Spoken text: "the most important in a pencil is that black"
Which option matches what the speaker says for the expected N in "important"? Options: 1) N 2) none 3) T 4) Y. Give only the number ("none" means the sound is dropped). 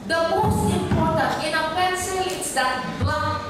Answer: 2